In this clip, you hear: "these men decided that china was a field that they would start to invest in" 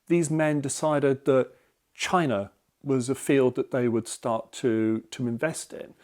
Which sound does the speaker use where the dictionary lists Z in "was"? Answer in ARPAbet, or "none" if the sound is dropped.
Z